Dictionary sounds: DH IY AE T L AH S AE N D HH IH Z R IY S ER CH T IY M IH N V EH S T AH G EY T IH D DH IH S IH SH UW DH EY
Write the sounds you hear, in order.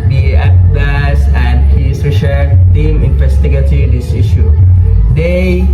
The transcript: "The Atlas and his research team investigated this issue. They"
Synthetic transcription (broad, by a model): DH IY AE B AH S AE N D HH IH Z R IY SH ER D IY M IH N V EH S T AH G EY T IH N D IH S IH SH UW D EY